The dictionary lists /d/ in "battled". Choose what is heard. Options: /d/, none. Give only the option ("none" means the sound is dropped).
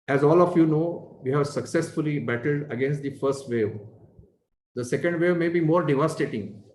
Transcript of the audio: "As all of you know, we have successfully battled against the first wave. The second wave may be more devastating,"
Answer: /d/